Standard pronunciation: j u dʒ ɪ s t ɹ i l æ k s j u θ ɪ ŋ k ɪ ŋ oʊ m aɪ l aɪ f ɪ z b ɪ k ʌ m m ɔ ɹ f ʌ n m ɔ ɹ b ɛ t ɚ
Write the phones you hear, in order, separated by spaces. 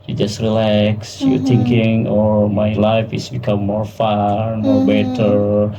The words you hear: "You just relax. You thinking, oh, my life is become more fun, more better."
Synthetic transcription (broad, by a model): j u dʒ ɪ s t ɹ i l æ k s j u t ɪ ŋ k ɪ ŋ oʊ m aɪ l aɪ f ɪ s b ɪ k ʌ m m ɔ ɹ f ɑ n m ɔ ɹ b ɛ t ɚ